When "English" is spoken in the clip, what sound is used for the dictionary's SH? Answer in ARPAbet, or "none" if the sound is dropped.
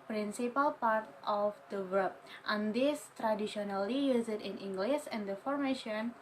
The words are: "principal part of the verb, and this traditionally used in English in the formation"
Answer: S